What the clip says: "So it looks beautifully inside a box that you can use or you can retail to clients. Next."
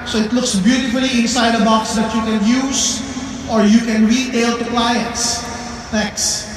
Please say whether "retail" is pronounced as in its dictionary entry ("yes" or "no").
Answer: yes